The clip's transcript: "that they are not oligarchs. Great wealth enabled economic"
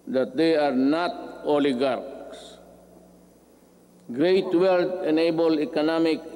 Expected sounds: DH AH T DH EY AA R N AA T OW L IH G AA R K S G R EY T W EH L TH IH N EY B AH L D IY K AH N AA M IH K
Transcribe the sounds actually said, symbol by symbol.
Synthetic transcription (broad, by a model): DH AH T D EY AA R N AA T OW L IH G AA R K S G R EY T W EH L T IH N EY B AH L IY K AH N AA M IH K